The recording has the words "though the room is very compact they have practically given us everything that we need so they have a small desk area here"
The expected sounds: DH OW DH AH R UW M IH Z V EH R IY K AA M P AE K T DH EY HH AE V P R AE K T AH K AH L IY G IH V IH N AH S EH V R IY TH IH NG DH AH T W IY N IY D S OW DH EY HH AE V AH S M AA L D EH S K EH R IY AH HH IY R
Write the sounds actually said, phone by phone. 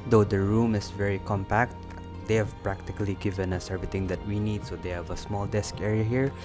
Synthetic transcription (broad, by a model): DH OW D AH R UW M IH S V EH R IY K AA M P AE K T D EY HH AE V P R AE K T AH K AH L IY G IH V IH N AH S EH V R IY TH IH NG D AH T W IY N IY D S OW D EY HH AE V AH S M AA L D EH S K EH R IY AH HH IY R